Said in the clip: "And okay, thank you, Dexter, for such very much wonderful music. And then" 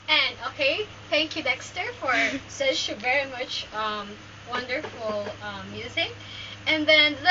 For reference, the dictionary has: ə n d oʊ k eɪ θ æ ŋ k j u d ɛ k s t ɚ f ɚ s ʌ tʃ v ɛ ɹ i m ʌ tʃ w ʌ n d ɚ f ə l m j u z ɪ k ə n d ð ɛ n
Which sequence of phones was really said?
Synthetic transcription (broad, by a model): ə n oʊ k eɪ θ æ ŋ k j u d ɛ k s t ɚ f ɚ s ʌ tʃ v ɛ ɹ i m ʌ tʃ w ʌ n d ɚ f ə m j u z ɪ k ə n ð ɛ n